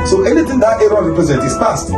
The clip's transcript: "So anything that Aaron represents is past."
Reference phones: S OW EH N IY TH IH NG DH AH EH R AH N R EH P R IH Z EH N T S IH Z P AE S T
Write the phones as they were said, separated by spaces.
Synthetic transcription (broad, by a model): S OW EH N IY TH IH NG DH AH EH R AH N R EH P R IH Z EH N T IH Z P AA S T